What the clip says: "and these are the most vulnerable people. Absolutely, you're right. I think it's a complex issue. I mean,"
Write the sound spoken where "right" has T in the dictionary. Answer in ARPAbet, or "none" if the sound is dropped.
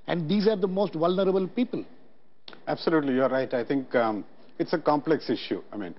T